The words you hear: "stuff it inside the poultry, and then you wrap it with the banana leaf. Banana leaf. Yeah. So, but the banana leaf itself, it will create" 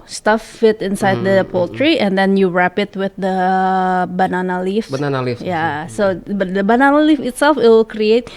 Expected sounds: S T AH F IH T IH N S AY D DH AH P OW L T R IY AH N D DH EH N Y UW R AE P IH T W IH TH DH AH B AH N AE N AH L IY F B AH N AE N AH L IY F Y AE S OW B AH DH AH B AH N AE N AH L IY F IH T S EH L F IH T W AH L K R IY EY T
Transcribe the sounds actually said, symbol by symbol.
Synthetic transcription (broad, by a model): S T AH F IH T IH N S AY D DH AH P OW L T R IY AH N D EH N Y UW R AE P IH T W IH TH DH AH B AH N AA N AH L IY F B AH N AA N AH L IY F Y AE S OW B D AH B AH N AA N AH L IY F IH T S EH L F IH T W L K R IY EY T